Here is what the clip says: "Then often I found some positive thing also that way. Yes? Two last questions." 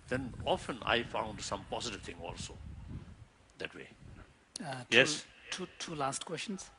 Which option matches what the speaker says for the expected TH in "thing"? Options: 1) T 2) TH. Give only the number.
1